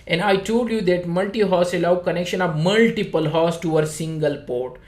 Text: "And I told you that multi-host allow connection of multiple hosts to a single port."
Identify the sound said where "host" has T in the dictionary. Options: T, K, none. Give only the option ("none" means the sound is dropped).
none